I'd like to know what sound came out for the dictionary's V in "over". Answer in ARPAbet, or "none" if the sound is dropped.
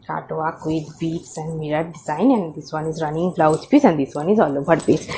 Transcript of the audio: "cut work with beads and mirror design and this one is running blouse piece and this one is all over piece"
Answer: B